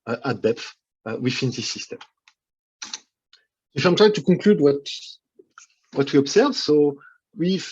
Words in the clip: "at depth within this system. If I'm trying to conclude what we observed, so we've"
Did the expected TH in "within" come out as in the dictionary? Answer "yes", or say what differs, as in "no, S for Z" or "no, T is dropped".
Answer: no, F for TH